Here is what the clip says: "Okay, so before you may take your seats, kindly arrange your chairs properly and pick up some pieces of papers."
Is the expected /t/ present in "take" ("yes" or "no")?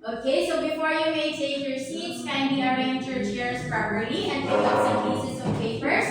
no